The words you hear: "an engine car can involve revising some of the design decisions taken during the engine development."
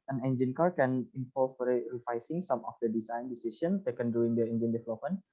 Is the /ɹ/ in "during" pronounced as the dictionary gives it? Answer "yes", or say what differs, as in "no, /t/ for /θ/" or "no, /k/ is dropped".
no, /ɹ/ is dropped